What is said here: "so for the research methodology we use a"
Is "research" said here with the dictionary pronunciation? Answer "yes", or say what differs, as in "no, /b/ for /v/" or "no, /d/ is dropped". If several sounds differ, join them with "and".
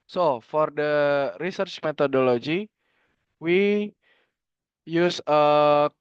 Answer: yes